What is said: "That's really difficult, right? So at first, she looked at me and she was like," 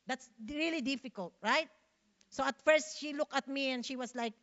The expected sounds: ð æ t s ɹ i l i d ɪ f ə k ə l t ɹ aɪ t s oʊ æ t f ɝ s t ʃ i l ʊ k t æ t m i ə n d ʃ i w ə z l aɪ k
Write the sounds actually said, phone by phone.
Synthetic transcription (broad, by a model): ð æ t s ɹ i l i d ɪ f ə k ə l t ɹ aɪ t s oʊ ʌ t f ɝ s t ʃ i l ʊ k t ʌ t m i ə n d ʃ i w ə s l aɪ k